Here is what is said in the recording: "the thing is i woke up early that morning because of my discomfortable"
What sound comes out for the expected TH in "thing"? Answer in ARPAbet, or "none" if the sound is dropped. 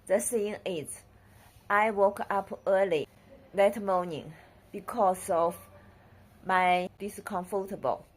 S